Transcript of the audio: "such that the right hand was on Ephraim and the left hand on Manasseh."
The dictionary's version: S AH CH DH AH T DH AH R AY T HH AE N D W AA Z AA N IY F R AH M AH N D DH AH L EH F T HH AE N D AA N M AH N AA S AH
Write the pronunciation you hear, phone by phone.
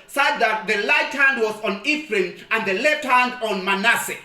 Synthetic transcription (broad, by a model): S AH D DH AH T DH AH L AY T HH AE N D W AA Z AA N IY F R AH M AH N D DH AH L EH T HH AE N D AA N M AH N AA S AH